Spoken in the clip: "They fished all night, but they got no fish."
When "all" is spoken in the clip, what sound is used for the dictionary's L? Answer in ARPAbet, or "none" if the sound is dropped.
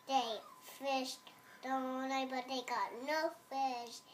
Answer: W